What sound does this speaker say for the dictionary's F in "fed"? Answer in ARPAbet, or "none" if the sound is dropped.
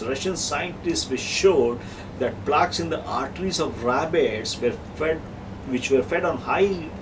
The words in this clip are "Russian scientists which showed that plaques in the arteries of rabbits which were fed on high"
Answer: F